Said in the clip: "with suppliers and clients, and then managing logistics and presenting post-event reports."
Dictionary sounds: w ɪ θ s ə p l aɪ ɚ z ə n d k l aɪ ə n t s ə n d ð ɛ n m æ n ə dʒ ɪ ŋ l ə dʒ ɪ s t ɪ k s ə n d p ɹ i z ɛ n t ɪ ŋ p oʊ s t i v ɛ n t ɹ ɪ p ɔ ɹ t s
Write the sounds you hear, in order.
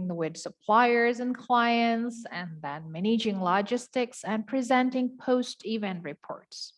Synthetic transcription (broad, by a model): w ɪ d s ə p l aɪ ɚ z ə n k l aɪ ə n t s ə n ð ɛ n m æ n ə dʒ ɪ ŋ l ə dʒ ɪ s t ɪ k s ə n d p ɹ i z ɛ n t ɪ ŋ p oʊ s t i v ɛ n t ɹ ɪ p ɔ ɹ t s